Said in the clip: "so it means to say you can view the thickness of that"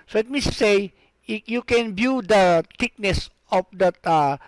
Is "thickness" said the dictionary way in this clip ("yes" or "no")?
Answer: no